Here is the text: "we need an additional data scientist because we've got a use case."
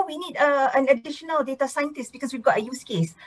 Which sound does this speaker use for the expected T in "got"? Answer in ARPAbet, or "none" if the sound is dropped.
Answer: T